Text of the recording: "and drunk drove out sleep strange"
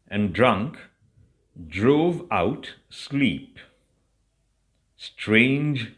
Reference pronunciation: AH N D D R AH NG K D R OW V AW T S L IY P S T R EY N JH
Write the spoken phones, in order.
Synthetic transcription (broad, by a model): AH N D D R AH NG K D R OW V AW T S L IY P S T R EY N JH